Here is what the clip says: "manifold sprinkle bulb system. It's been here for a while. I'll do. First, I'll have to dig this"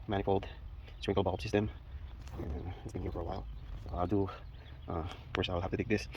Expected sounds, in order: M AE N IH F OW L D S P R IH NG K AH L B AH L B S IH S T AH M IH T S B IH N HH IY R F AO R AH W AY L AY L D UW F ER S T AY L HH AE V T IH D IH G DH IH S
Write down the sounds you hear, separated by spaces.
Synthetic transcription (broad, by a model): M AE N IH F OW L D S R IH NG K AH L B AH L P S IH S T AH M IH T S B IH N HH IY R F AO R AH W AY L AY L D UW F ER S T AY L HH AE F T IH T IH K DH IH S